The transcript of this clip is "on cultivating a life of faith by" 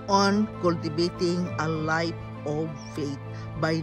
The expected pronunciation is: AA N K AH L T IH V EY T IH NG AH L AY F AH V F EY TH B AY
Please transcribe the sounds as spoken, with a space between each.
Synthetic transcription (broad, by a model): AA N K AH L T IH B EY T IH NG AH L AY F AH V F EY T B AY